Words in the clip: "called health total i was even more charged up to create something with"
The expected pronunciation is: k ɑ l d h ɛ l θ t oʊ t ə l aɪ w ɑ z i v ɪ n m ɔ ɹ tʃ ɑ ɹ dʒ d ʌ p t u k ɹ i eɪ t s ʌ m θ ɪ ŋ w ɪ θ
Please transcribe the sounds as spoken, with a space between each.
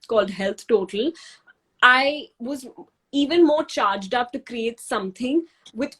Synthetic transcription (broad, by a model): k ɑ l d h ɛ l t t oʊ t ə l aɪ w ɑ z i v ɪ n m ɔ ɹ tʃ ɑ ɹ dʒ d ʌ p t u k ɹ i eɪ t s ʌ m t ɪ ŋ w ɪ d